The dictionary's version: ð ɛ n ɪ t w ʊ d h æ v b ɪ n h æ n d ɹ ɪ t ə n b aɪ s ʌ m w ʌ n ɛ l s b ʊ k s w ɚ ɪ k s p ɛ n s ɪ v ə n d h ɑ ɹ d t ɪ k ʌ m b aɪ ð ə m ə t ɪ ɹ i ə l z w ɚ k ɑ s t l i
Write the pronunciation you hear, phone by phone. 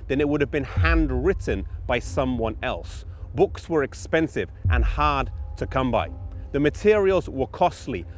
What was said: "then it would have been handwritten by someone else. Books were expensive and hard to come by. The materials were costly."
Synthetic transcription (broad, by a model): ð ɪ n ɪ t w ʊ d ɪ v b ɪ n h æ n d ɹ ɪ t n b aɪ s ʌ m w ʌ n ɛ l s b ʊ k s w ɚ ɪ k s p ɛ n s ɪ v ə n h ɑ ɹ d t ɪ k ʌ m b aɪ ð ə m ə t ɪ ɹ i ə l z w ɚ k ɑ s t l i